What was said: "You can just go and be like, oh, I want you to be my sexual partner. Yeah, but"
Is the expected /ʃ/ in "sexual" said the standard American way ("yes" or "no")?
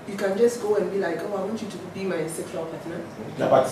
no